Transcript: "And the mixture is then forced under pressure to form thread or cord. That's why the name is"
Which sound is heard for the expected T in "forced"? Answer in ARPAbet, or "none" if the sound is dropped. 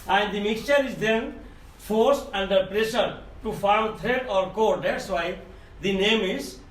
T